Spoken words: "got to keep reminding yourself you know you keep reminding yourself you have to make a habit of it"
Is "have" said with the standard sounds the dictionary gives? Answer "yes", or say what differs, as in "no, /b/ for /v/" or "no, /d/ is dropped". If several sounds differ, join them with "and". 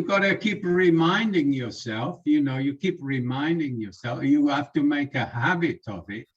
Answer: no, /f/ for /v/